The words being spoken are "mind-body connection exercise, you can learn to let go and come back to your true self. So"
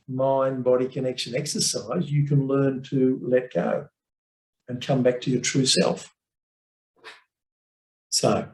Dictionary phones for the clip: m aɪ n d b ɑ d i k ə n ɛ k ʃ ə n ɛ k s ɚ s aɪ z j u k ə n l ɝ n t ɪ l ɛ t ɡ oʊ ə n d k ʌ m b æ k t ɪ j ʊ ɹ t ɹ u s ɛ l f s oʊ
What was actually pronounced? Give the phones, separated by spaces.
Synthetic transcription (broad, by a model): m aɪ n b ɑ d i k ə n ɛ k ʃ ə n ɛ k s ɚ s aɪ z j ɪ k ə n l ɝ n t ɪ l ɛ t ɡ oʊ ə n k ʌ m b æ k t ɪ j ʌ ɹ t ɹ u s ɛ l f s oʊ